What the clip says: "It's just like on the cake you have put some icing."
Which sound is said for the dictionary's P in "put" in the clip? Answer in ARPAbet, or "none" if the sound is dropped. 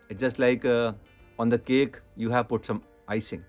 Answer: P